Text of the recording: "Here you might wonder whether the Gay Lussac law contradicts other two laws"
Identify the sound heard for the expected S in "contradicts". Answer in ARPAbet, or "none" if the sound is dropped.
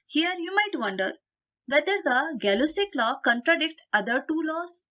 none